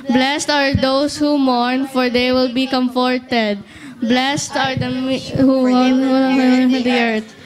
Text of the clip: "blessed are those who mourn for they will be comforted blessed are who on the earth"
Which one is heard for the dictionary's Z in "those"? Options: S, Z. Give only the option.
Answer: S